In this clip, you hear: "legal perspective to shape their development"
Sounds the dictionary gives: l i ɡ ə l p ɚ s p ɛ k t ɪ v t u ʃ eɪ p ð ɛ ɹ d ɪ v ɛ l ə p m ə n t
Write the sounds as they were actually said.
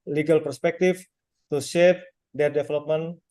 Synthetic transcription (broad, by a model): l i ɡ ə l p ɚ s p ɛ k t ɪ f t u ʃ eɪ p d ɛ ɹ d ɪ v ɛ l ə p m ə n